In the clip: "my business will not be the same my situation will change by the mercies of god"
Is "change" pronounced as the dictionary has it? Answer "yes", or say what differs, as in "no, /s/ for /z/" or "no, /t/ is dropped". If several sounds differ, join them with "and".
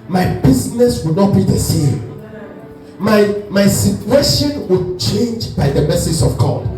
yes